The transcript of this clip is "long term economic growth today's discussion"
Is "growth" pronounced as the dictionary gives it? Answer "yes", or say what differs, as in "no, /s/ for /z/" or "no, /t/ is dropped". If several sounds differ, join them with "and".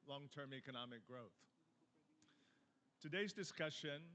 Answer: yes